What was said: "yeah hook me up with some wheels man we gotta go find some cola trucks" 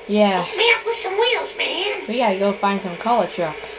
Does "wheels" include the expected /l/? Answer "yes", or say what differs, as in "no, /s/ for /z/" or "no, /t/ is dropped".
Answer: yes